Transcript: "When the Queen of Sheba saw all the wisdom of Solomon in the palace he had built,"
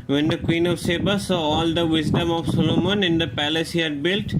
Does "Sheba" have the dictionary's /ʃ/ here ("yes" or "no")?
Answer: no